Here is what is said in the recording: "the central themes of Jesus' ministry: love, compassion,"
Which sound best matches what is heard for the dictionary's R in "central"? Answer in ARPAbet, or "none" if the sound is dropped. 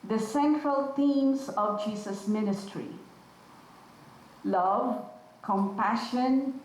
R